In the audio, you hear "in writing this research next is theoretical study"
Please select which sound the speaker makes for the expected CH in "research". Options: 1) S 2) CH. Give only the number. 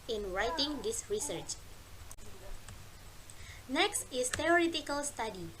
2